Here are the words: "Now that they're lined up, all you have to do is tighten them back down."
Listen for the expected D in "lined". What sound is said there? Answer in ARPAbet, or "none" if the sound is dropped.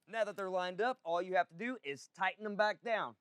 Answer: D